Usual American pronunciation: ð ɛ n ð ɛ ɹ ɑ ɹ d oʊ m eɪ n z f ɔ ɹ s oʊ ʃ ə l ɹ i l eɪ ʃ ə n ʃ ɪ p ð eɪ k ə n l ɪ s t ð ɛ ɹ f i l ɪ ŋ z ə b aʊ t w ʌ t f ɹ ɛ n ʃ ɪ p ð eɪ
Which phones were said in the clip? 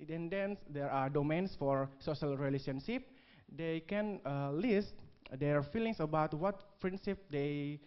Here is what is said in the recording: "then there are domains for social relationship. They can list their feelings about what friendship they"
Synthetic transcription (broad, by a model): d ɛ n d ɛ ɹ ɑ ɹ d oʊ m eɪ n s f ɔ ɹ s oʊ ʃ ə l ɹ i l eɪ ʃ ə n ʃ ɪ p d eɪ k ə n l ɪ s t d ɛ ɹ f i l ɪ ŋ s ə b aʊ t w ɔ t p ɹ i n s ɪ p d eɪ